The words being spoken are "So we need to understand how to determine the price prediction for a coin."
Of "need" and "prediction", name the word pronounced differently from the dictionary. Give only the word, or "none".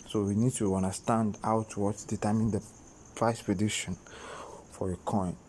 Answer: prediction